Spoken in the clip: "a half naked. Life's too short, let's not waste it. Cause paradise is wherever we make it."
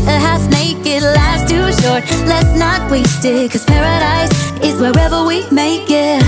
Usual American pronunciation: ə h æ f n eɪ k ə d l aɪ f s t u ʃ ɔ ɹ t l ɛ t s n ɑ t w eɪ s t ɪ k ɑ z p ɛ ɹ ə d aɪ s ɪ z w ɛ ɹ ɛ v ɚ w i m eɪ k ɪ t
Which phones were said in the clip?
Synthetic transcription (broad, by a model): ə h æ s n eɪ k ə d l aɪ s t u ʃ ɔ ɹ t l ɛ t s n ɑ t w eɪ s t ɪ k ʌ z p ɛ ɹ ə d aɪ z ɪ z w ɛ ɹ ɛ v ɚ w i m eɪ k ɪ t